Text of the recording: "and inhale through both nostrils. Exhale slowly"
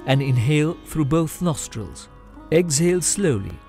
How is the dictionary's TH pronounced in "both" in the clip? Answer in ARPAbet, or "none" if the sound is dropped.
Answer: TH